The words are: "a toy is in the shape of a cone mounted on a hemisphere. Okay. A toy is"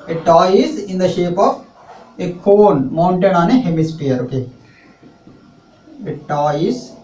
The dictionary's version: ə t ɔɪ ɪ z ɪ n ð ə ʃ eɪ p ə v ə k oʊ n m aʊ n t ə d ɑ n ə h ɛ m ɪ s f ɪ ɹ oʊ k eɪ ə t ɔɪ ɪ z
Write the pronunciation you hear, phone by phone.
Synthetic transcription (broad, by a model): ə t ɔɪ ɪ z ɪ n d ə ʃ eɪ p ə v ə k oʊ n m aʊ n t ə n ɑ n ə h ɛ m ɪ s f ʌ ɹ oʊ k eɪ ə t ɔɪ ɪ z